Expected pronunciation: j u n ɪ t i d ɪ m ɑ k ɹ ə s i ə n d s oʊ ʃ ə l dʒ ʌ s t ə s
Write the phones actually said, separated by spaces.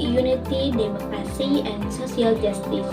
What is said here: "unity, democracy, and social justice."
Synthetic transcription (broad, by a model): j u n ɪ t i d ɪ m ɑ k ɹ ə s i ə n s oʊ s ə l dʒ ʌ s t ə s